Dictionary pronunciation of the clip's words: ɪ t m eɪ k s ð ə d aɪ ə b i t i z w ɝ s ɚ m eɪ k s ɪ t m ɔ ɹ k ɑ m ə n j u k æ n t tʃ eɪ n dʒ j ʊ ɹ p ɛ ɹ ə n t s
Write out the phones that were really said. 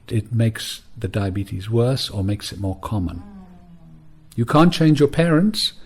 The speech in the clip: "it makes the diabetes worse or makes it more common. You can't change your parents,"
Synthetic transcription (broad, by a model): ɪ t m eɪ k s ð ə d aɪ ə b i t i z w ɝ s ɚ m eɪ k s ɪ t m ɔ ɹ k ɑ m ə n j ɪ k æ n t tʃ eɪ n dʒ j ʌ ɹ p ɛ ɹ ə n t s